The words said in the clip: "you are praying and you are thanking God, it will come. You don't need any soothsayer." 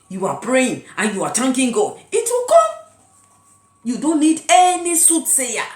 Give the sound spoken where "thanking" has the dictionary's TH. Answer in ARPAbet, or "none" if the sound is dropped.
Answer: T